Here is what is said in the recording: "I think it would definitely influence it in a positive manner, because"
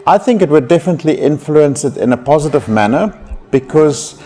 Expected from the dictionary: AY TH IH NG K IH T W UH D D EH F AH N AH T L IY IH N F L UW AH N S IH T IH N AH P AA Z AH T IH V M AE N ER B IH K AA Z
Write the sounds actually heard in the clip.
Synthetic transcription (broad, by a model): AY TH IH NG K IH T W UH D D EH F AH N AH T L IY IH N F L UW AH N S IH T IH N AH P AA Z AH T IH V M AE N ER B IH K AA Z